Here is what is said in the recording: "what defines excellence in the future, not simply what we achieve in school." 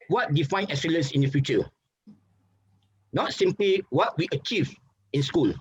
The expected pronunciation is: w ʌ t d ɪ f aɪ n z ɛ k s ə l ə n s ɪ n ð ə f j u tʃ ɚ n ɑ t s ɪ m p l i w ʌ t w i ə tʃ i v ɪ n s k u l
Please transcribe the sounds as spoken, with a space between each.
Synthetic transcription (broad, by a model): w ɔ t d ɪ f aɪ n ɛ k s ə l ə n s ɪ n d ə f j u tʃ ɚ n ɑ t s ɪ m p l i w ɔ t w i ə tʃ i v ɪ n s k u l